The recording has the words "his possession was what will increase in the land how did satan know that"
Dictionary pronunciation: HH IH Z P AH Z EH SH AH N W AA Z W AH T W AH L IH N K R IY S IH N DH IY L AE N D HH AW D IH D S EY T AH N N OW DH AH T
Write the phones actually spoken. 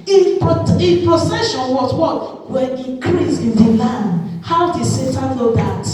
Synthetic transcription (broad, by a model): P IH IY P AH S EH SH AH N W AA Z W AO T W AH N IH K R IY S IH N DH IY L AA N D HH AW D IH D S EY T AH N N OW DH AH T